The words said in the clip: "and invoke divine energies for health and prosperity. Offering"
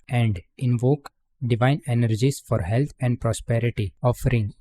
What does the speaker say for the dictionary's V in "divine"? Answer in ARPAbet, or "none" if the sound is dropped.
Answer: V